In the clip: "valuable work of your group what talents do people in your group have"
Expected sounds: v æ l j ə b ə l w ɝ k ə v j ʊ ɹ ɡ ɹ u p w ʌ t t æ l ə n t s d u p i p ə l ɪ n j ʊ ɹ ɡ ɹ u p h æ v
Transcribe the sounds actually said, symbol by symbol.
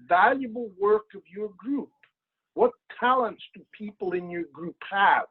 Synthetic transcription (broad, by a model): v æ l j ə b l w ɝ k ə v j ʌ ɹ ɡ ɹ u p w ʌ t t æ l ə n t s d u p i p l ɪ n j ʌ ɹ ɡ ɹ u p h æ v